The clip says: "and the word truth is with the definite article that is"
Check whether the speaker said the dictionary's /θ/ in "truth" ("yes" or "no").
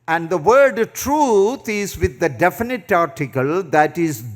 no